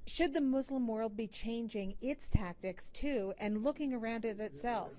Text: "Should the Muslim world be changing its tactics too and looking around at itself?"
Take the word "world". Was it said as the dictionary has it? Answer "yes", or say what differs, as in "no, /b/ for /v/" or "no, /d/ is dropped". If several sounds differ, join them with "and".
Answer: yes